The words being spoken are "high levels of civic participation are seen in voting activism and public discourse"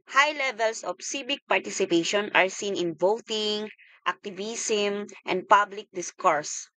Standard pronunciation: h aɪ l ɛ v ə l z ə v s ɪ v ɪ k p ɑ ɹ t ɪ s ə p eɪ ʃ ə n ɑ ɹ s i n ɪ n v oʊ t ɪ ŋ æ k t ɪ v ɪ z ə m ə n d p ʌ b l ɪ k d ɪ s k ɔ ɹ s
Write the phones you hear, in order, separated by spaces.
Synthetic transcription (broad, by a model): h aɪ l ɛ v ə l s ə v s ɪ b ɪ k p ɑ ɹ t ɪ s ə p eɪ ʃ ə n ɑ ɹ s i n ɪ n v oʊ t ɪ ŋ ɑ k t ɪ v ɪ s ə m ə n d p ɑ b l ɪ k d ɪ s k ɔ ɹ s